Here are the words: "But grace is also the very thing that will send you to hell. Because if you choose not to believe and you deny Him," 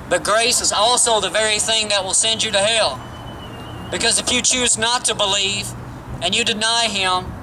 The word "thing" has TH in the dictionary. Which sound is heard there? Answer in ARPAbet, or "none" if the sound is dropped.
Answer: TH